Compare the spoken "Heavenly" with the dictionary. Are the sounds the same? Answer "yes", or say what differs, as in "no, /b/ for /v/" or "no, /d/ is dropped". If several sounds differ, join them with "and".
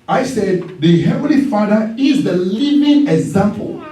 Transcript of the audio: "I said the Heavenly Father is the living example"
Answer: yes